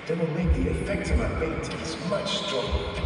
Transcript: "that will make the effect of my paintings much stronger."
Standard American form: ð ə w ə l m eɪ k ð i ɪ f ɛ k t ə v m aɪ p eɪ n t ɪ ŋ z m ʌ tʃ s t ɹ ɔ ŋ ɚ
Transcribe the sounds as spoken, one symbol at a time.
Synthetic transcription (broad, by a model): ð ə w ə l m eɪ k ð i ɪ f ɛ k t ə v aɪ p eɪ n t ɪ z m ʌ tʃ s t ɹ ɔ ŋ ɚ